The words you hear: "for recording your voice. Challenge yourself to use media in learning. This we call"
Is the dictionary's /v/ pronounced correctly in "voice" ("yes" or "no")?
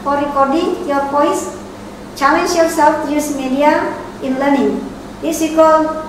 no